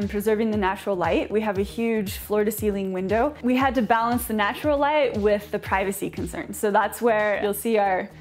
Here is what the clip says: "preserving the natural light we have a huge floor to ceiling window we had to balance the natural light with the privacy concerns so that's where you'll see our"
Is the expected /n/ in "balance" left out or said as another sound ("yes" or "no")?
no